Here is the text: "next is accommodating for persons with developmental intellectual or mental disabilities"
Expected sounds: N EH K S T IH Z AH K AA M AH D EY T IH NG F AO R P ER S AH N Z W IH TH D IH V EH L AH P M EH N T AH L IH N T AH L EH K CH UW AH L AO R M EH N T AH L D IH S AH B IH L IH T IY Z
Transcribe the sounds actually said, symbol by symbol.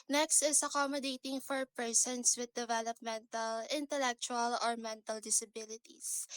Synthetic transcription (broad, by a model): N EH K S T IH S AH K AA M AH D EY T IH NG F AO R P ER S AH N S W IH D IH V EH L AH P M EH N T AH L IH N T AH L EH K CH UW AH L AO R M EH N T AH L D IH S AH B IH L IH T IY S